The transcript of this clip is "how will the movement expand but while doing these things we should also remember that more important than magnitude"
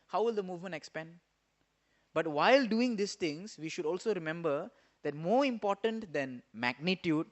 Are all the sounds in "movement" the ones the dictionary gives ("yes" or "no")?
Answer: yes